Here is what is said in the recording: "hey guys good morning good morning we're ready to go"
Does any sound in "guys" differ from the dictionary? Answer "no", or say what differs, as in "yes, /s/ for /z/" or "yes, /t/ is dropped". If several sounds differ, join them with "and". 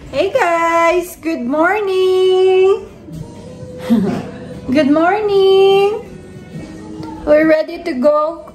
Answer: yes, /s/ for /z/